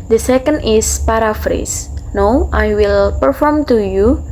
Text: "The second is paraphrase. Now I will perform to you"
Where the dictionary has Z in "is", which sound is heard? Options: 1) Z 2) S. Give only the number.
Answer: 2